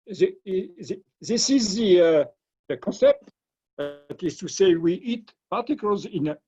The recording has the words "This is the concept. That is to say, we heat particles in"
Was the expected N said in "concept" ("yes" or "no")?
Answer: yes